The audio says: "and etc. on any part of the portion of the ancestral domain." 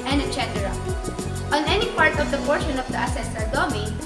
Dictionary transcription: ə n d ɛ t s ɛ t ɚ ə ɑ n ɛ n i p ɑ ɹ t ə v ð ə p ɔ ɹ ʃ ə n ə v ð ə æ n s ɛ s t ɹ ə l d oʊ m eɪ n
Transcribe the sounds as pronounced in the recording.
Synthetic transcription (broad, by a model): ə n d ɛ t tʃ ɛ t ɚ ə ɑ n ɛ n i p ɑ ɹ t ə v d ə p ɔ ɹ ʃ ə n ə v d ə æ s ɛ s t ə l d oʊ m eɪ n